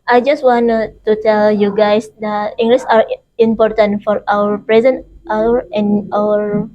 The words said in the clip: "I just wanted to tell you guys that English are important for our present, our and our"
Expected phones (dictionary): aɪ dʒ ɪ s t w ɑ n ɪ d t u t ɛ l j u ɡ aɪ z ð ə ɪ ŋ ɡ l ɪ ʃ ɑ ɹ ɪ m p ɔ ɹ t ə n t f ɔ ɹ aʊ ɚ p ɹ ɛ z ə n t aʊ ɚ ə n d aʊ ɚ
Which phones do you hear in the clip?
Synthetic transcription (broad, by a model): aɪ dʒ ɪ s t w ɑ n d t u t ɛ l j u ɡ aɪ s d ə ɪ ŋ ɡ l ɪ s ɑ ɹ ɪ m p ɔ ɹ t ə n t f ɔ ɹ aʊ ɚ p ɹ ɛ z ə n t aʊ ɚ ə n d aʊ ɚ